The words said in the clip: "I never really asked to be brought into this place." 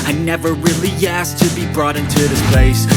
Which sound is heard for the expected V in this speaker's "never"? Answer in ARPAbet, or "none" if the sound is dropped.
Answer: V